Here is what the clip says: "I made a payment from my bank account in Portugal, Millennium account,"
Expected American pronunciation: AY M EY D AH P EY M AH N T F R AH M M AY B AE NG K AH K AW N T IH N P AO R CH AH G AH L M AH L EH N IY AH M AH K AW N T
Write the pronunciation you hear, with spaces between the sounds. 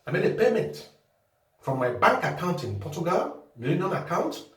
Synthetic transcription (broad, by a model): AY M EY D AH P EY M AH T F R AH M M AY B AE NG K AH K AW N T IH N P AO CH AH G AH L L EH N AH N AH K AW N T